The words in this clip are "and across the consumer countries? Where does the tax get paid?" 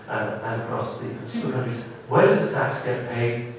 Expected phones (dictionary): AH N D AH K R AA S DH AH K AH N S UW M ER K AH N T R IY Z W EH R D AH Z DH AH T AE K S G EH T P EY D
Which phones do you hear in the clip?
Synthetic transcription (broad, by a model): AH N AH K R AA S DH AH K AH N S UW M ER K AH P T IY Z W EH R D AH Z DH AH T AE K S G EH T P EY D